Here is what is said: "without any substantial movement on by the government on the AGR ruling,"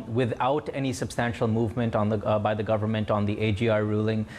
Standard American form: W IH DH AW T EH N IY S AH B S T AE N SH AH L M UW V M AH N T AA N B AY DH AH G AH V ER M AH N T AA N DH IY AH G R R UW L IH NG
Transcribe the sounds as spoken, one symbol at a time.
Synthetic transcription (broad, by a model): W IH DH AW T EH N IY S AH B S T AE N SH AH L M UW V M AH N T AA N B AY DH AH G AH V ER M AH N T AA N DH IY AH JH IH R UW L IH NG